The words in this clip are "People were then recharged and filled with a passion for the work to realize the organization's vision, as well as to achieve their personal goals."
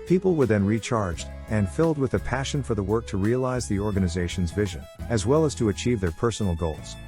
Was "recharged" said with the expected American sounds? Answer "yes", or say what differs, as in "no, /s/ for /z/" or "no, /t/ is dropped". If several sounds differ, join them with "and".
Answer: yes